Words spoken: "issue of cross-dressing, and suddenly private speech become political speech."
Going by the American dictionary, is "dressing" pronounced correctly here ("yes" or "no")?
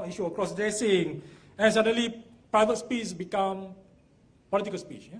no